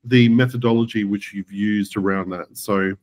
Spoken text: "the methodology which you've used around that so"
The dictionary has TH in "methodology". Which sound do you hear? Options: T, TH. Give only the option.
TH